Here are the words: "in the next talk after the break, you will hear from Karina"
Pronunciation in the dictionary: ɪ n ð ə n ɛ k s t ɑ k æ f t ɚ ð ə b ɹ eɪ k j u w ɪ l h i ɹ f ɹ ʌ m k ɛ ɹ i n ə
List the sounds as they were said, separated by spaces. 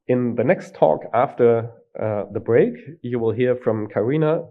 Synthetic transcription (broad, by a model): ɪ n ð ə n ɛ k s t ɑ k æ f t ɚ ð ə b ɹ eɪ k j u w ɪ l h i ɹ f ɹ ʌ m k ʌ ɹ i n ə